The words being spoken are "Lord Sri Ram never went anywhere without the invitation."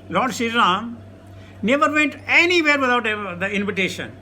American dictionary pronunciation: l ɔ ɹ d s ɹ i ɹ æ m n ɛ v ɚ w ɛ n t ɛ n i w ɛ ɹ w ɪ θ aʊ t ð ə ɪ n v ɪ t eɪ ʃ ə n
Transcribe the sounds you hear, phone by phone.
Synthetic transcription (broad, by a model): l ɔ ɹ d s i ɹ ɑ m n ɛ v ɚ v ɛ n t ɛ n i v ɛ ɹ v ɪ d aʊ t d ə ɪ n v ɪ t eɪ ʃ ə n